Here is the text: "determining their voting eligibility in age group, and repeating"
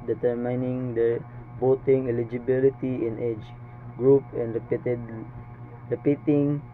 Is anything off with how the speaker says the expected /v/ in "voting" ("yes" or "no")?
yes